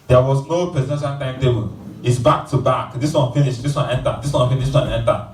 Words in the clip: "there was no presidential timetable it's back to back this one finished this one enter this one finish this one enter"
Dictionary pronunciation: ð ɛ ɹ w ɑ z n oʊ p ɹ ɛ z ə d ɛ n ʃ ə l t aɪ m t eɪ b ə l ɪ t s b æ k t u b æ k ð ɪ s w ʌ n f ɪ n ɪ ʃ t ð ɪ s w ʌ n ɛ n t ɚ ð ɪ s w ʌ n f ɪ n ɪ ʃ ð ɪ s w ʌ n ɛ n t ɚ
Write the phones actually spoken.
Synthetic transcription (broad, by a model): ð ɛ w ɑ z n oʊ p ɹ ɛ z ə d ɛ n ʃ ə n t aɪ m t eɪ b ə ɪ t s b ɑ k t u b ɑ k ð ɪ s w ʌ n f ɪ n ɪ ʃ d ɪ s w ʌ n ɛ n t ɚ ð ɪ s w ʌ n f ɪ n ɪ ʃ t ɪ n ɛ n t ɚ